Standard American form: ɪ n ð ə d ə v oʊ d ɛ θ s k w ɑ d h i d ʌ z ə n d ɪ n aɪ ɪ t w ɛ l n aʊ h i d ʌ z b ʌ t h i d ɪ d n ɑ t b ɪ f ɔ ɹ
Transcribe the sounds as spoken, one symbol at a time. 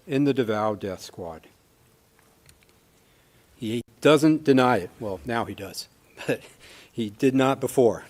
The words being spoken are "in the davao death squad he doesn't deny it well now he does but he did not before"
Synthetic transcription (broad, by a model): ɪ n ð ə d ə v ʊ d ɛ θ s k w ɑ d h i d ʌ z ə n d ɪ n aɪ ɪ t w ɛ l n aʊ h i d ʌ z b ʌ t h i d ɪ d n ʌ t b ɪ f ɔ ɹ